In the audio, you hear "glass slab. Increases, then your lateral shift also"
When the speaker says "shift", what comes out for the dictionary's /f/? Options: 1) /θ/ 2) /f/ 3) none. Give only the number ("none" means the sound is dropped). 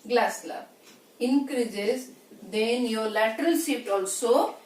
3